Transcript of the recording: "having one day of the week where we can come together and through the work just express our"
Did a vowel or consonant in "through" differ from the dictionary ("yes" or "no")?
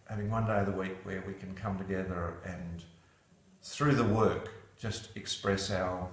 no